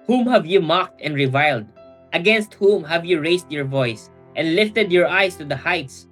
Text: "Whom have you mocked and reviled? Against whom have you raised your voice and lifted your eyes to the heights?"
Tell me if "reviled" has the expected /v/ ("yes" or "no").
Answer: yes